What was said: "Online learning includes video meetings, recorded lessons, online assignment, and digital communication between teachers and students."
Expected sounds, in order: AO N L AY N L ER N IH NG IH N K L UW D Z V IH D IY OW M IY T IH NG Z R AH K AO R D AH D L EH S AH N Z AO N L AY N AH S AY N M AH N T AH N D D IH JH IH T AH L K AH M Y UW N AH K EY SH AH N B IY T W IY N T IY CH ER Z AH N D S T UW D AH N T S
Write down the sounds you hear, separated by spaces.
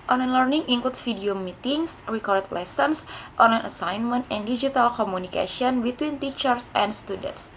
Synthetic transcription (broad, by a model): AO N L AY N L ER N IH NG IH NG K L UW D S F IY D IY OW M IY T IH NG S R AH K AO R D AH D L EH S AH N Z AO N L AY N AH S AY N M AH N T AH N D D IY JH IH T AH L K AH M UW N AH K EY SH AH N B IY T W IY N T IY CH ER S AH N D S T UW D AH N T S